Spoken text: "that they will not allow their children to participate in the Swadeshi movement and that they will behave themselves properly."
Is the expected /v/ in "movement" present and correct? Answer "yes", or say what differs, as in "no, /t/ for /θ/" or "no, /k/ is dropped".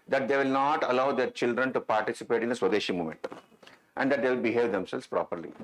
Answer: no, /v/ is dropped